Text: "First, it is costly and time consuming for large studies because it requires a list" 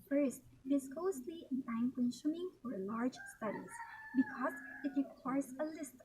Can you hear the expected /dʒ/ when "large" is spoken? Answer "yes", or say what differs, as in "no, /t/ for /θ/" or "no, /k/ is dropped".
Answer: yes